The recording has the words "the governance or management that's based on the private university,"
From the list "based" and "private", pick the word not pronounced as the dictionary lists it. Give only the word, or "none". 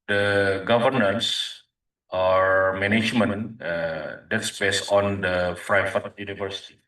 private